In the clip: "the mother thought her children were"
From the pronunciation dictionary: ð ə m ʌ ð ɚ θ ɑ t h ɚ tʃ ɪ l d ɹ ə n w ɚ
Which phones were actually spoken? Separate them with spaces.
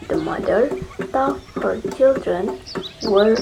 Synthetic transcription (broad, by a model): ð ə m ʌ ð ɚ t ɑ h ɚ tʃ ɪ l d ɹ ə n w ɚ